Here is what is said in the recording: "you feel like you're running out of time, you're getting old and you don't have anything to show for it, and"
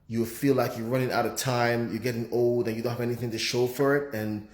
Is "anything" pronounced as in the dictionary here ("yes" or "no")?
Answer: yes